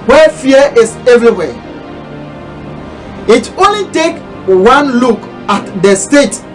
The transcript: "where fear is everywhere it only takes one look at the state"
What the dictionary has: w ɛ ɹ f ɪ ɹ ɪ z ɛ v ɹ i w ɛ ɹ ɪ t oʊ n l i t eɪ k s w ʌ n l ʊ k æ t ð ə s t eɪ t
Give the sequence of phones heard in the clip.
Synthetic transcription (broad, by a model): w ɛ f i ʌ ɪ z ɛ v ɹ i w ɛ ɪ t oʊ n l i t eɪ k w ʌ n l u k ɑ t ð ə s t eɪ t